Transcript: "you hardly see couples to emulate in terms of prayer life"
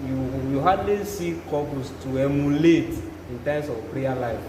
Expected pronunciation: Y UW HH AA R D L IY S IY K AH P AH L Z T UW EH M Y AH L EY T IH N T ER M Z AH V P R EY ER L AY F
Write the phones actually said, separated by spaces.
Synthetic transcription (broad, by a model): Y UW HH AA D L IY S IY K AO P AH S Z T UW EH M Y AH L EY T IH N T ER M S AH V P R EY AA L AY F